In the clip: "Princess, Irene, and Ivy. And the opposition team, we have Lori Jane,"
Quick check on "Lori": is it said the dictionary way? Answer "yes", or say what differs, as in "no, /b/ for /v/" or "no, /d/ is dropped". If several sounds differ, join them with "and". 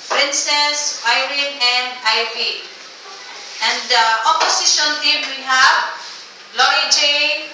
no, /ɹ/ is dropped